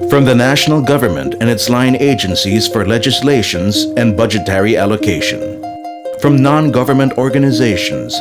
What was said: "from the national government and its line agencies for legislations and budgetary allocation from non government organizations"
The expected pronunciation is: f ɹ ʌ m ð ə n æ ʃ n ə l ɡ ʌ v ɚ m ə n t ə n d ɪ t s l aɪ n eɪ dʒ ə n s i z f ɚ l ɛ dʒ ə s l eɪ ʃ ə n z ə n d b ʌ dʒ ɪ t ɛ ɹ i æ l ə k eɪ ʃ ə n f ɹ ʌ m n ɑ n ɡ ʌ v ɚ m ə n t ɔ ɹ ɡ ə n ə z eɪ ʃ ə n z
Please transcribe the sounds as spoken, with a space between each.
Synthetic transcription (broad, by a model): f ɹ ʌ m ð ə n æ ʃ n l ɡ ʌ v ɚ m ə n t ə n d ɪ t s l aɪ n eɪ dʒ ə n s i z f ɚ l ɛ dʒ ə s l eɪ ʃ ə n z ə n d b ʌ dʒ ɪ t ɛ ɹ i æ l ə k eɪ ʃ ə n f ɹ ʌ m n ɑ n ɡ ʌ v ɚ m ə n t ɔ ɹ ɡ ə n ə z eɪ ʃ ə n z